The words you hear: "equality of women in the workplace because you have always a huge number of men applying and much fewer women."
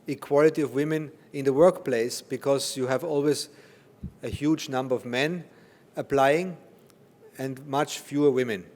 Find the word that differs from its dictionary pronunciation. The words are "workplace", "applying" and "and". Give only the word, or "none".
none